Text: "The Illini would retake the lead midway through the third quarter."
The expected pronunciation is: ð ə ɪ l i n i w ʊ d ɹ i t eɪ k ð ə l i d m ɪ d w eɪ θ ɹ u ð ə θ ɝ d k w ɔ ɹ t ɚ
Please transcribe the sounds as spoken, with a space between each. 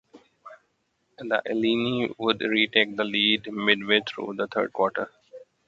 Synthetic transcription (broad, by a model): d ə ɪ l i n i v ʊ d ɹ i t eɪ k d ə l i d m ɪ d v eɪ t ɹ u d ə t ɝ d k w ɔ ɹ t ɚ